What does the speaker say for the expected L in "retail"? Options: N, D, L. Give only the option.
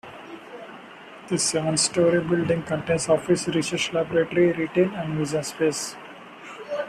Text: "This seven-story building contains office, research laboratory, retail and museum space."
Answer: N